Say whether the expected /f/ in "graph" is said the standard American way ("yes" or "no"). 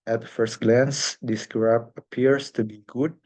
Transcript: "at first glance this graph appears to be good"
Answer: no